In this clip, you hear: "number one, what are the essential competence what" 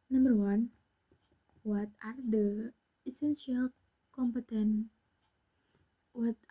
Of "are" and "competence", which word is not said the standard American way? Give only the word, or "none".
competence